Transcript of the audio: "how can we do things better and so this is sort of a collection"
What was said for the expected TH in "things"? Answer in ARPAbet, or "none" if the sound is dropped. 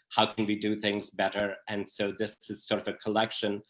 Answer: TH